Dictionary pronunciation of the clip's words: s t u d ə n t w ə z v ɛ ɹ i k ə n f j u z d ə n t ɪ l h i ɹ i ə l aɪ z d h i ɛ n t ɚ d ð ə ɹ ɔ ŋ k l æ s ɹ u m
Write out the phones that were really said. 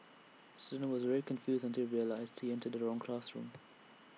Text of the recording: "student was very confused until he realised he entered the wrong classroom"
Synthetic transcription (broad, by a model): s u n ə w ə z v ɛ ɹ i k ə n f j u z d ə n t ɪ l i ɹ i ə l aɪ z d h i ɛ n t ɚ d ð ə ɹ ɔ ŋ k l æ s ɹ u m